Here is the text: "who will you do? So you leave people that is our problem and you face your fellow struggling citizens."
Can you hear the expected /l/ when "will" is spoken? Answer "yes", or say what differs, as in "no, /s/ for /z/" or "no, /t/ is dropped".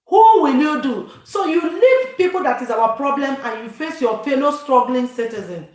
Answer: yes